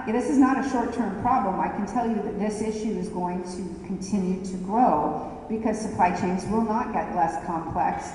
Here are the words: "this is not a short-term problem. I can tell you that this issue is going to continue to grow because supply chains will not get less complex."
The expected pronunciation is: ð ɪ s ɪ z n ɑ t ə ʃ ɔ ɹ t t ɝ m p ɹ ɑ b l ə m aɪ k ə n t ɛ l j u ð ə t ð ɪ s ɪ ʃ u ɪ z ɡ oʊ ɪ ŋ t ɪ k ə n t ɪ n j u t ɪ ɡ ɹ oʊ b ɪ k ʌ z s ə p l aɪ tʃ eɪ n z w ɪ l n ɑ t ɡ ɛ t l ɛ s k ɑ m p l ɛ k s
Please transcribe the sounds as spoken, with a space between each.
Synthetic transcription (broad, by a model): ð ɪ s ɪ z n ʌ t ə ʃ ɔ ɹ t t ɝ m p ɹ ɑ b l ə m aɪ k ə n t ɛ l j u ð ə t ð ɪ s ɪ ʃ u ɪ z ɡ oʊ ɪ ŋ t ɪ k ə n t ɪ n j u t ɪ ɡ ɹ oʊ b ɪ k ʌ z s ə p l aɪ tʃ eɪ n z w ɪ l n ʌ t ɡ ɛ t l ɛ s k ɑ m p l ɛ k s